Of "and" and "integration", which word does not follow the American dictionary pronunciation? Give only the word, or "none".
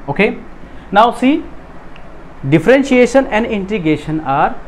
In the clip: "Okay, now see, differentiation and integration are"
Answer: integration